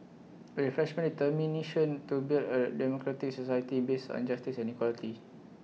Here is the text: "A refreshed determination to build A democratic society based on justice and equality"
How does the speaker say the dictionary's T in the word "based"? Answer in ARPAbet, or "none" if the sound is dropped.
none